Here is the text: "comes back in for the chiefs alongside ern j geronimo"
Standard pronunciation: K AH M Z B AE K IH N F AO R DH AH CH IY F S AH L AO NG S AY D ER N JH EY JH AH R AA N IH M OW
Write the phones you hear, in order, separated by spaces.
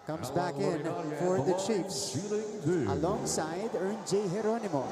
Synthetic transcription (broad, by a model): K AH M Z B AE K IH N F AO R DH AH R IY P S AH L AO NG S AY D ER N JH EY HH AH R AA N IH M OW